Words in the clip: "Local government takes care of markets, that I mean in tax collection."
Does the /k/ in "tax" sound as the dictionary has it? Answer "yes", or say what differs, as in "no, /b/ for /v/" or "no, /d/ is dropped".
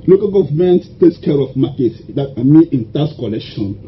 no, /k/ is dropped